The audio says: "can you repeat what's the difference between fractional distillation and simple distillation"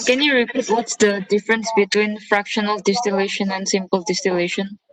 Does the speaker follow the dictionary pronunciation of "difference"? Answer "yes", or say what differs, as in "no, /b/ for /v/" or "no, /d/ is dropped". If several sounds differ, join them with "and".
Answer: yes